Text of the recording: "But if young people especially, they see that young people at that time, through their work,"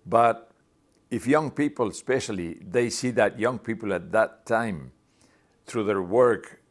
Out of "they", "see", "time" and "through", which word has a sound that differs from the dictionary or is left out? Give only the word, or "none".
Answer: none